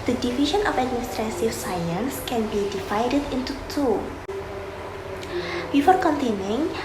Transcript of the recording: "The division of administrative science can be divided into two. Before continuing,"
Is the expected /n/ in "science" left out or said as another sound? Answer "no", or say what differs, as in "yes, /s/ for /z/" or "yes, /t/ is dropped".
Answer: no